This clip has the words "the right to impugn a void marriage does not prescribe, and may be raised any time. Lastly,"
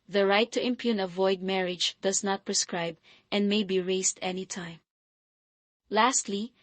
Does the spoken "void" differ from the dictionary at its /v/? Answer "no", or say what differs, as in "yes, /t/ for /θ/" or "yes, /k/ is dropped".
no